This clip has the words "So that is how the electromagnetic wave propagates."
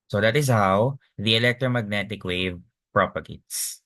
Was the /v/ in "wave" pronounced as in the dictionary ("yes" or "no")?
yes